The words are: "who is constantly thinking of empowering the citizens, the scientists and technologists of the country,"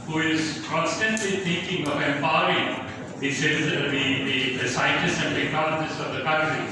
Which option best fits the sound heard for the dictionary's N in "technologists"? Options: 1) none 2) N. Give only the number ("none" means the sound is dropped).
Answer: 1